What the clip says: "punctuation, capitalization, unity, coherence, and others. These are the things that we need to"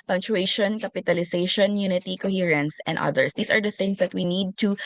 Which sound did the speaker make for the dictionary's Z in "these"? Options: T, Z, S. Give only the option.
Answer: S